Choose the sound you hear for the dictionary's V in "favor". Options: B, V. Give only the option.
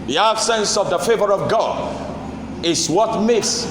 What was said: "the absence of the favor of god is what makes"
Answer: V